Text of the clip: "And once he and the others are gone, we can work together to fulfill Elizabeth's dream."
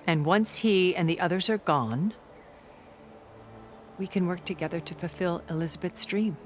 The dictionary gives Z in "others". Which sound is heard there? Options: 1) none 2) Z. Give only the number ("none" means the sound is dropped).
2